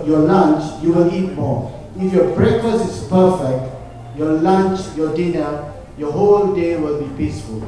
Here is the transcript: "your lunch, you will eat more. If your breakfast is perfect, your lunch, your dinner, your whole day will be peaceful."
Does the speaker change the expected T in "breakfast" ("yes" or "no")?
yes